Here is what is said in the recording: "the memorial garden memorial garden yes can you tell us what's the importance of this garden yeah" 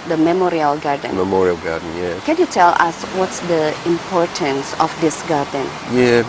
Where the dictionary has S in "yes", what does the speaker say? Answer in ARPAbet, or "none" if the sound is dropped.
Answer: none